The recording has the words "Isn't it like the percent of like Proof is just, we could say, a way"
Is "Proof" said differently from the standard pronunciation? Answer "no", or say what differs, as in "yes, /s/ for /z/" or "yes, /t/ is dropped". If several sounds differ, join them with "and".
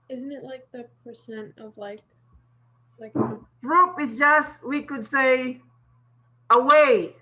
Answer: yes, /p/ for /f/